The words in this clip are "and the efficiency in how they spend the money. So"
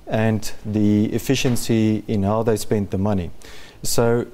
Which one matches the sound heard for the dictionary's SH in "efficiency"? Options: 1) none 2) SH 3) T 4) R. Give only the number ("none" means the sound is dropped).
2